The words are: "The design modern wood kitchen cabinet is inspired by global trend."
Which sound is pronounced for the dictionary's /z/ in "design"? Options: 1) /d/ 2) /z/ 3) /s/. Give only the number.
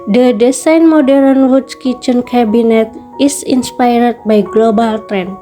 3